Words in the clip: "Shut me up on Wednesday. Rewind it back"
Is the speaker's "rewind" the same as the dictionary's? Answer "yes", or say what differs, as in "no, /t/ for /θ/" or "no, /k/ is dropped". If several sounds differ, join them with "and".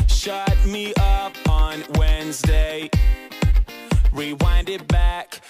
yes